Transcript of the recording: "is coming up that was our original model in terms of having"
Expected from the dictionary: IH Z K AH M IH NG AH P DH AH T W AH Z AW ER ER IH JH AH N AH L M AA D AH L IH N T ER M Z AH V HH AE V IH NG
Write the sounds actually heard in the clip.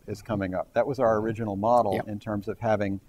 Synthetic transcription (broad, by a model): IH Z K AH M IH NG AH P DH AH T W AH Z AW ER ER IH JH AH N L M AA D L IH N T ER M Z AH V HH AE V IH NG